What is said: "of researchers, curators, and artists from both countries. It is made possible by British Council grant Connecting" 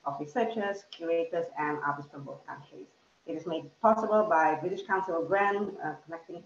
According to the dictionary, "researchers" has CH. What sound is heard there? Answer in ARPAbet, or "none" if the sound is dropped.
SH